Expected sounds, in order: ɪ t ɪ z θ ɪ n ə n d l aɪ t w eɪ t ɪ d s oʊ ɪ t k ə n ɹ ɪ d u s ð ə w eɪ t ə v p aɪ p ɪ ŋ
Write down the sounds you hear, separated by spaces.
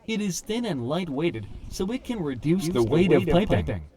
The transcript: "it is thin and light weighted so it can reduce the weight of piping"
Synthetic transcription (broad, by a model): ɪ t ɪ z θ ɪ n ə n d l aɪ t w eɪ t ɪ d s oʊ ɪ t k ə n ɹ ɪ d u s ð ə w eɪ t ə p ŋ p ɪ ŋ